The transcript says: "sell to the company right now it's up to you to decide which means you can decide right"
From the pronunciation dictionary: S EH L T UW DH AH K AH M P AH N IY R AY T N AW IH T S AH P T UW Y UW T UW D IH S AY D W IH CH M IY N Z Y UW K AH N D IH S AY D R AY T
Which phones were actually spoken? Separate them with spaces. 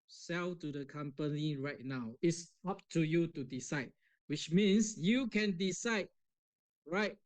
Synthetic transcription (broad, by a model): S EH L T UW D AH K AH M P AH N IY R AY T N AW IH T S AH P T UW Y UW T UW D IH S AY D W IH CH M IY N S Y UW K AH N D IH S AY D R AY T